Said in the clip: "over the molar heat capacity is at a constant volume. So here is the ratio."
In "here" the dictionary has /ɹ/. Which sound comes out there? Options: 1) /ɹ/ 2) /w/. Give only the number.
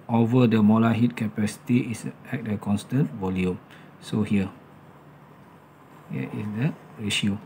2